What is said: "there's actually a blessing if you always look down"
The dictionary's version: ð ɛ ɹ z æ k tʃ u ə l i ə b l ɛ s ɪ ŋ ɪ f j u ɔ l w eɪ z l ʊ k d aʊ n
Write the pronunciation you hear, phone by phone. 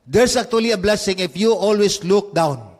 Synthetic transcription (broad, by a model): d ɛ ɹ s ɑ k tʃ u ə l i ə b l ɛ s ɪ ŋ ɪ f j u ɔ l w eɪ s l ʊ k d aʊ n